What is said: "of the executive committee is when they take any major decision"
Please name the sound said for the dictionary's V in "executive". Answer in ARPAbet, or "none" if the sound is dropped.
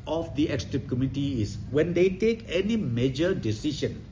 P